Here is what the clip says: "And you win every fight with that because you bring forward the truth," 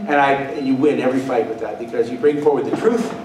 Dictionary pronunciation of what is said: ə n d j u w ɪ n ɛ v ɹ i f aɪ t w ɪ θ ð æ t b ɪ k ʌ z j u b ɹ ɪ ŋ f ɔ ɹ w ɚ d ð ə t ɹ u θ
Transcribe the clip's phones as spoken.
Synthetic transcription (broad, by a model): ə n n j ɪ w ɪ n ɛ v ɹ i f aɪ t w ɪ ð æ t b ɪ k ʌ z j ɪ b ɹ ɪ ŋ f ɔ ɹ w ɚ d ð ə t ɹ u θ